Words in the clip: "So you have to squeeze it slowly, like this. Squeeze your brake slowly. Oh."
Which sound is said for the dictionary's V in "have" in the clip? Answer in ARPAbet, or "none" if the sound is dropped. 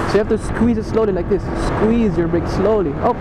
F